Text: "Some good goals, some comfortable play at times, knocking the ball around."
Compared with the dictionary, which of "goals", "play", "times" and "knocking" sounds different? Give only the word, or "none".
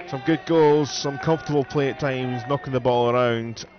none